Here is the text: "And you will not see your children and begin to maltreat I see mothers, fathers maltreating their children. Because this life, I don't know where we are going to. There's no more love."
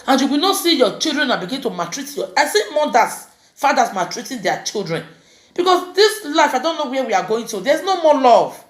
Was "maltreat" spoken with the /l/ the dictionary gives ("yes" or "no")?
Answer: no